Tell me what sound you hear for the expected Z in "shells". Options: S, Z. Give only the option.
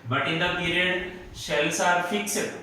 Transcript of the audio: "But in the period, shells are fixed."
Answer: S